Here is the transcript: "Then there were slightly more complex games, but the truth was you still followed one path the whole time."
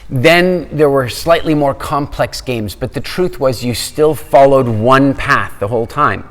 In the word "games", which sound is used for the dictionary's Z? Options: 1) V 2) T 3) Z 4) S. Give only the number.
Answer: 3